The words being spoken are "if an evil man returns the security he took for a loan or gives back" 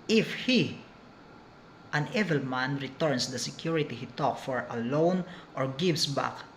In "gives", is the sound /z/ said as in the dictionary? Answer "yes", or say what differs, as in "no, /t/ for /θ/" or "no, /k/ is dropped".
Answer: no, /s/ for /z/